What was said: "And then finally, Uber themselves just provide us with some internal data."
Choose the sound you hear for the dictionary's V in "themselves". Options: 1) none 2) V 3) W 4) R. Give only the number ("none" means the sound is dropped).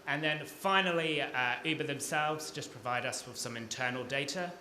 2